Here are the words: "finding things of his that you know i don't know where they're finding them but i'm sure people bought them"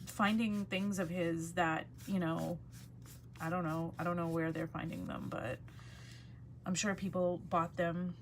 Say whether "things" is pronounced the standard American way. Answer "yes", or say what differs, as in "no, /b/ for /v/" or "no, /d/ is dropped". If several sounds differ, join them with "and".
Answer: yes